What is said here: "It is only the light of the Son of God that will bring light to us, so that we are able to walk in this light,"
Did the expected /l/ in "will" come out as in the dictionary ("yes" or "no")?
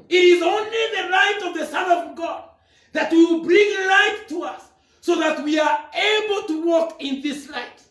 no